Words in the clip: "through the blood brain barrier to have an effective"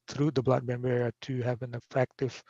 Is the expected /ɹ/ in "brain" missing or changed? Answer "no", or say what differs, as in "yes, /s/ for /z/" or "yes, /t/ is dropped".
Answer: yes, /ɹ/ is dropped